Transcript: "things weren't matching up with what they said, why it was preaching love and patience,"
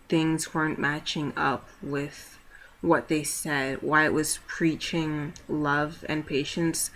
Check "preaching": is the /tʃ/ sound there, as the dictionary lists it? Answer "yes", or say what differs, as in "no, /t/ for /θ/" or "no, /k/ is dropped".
yes